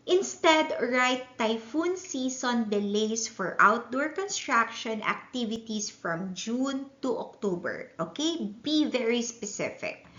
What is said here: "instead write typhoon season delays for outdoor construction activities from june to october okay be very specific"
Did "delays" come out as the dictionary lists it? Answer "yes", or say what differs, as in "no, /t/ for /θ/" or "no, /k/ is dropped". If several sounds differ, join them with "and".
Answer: no, /s/ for /z/